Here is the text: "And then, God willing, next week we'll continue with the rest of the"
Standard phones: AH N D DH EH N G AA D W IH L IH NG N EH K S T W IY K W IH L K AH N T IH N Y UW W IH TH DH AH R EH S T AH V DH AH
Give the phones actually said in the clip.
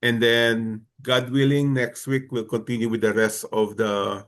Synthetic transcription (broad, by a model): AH N D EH N G AA D W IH L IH NG N EH K S T W IY K W IH L K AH N T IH N Y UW W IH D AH R EH S T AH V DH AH